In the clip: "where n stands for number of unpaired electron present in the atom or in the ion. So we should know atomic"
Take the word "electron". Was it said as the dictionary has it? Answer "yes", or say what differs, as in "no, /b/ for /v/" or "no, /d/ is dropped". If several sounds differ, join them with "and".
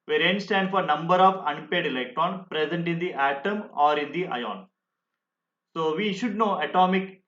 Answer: no, /ɹ/ is dropped